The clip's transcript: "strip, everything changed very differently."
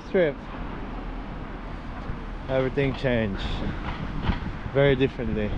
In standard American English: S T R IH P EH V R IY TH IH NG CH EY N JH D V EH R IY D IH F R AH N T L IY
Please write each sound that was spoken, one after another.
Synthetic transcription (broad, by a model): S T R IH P EH V R IY TH IH NG CH EY N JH V EH R IY D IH F R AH N T L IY